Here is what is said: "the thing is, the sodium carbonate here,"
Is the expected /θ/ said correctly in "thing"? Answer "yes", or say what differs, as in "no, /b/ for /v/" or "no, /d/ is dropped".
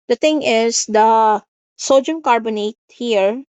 no, /t/ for /θ/